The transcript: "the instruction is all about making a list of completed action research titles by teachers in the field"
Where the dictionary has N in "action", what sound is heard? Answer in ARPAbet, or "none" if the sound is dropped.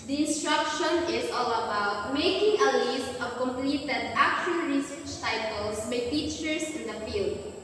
L